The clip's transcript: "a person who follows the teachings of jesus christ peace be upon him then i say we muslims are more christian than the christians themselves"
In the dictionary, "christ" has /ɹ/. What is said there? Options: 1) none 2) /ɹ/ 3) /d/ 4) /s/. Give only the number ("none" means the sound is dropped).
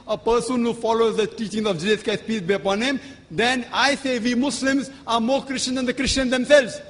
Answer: 1